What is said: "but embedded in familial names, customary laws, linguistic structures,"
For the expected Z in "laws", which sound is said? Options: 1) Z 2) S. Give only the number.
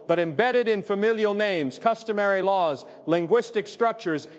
1